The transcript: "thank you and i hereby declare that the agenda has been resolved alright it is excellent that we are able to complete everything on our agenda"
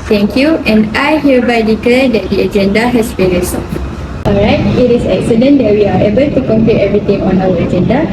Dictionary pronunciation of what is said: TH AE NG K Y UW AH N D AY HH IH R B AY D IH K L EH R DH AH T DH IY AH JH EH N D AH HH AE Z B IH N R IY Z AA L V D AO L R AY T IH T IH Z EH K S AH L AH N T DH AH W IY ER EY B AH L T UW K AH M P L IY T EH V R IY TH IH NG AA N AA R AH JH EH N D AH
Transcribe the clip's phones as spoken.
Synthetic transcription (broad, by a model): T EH NG K Y UW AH N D AY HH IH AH B AY D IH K L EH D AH T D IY AH JH EH N D AH HH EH S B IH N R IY S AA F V AO L R AY T IH T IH S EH K S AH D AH N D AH W IY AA EY B AH L T UW K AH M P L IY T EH V R IY T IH NG AA N AA W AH JH EH N D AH